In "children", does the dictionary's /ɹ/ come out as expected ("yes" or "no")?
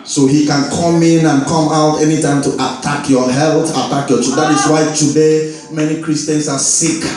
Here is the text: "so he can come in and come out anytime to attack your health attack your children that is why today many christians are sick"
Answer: no